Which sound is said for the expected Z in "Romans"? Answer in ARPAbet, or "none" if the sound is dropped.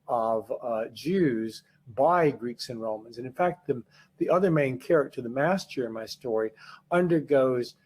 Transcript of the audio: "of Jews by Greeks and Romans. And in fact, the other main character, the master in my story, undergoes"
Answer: Z